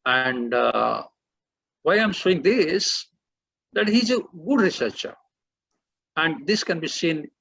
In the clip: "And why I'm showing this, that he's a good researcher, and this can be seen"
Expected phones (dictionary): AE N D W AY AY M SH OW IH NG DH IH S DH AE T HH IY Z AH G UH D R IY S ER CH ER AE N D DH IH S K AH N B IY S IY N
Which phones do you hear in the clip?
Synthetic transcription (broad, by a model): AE N D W AY AY M S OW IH NG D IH S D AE T HH IY Z AH G UH D R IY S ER CH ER AE N D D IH S K AH N B IY S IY N